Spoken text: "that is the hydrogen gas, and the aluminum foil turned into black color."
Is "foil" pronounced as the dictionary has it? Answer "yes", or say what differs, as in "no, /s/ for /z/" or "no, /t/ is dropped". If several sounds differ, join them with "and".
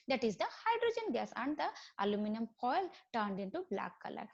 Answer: no, /p/ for /f/